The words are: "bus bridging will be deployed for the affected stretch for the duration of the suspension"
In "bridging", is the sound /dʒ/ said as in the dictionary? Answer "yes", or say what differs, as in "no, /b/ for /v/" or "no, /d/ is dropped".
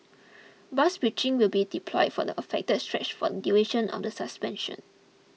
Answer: no, /tʃ/ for /dʒ/